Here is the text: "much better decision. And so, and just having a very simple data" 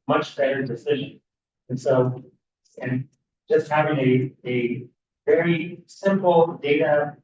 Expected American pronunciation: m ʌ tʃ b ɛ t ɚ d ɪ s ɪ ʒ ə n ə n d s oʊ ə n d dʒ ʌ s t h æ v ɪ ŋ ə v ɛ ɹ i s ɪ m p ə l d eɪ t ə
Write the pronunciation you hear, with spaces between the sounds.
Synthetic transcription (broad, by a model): m ʌ tʃ b ɛ t ɚ d ɪ s ɪ ʒ ə n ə n s oʊ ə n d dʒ ʌ s t h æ v ɪ ŋ ə v ɛ ɹ i s ɪ m p l d eɪ t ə